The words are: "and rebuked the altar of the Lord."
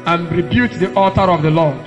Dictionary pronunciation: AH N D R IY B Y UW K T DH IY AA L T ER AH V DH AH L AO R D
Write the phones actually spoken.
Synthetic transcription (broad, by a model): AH N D R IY B Y UW T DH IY AA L T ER AH V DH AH L AO